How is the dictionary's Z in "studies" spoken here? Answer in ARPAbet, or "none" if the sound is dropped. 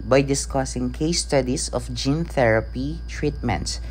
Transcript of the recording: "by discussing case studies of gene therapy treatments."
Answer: S